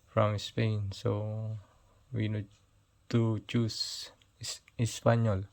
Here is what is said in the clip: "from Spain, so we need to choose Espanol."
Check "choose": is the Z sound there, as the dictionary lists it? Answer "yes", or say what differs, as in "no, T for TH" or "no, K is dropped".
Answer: no, S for Z